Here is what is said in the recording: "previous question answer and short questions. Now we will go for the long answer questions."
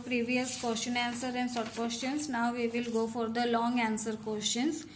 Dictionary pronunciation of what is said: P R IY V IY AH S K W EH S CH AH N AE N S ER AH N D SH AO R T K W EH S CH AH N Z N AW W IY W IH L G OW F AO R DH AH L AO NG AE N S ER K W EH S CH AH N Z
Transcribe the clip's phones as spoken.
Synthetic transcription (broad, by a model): P R IY V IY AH S K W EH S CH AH N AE N S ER AH N D S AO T K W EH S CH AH N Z N AW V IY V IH L G OW F AO R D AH L AO NG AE N S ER K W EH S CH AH N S